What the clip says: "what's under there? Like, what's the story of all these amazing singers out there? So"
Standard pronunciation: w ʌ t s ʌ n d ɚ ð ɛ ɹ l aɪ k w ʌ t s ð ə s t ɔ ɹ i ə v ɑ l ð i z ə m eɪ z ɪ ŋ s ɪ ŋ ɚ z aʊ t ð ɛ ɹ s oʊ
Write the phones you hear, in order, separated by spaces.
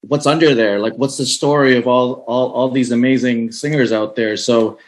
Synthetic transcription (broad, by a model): w ʌ t s ʌ n d ɚ ð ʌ ɹ l aɪ k w ʌ t s ð ə s t ɔ ɹ i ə v ɑ l ð i z ə m eɪ z ɪ ŋ s ɪ ŋ ɚ z aʊ t ð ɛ ɹ s oʊ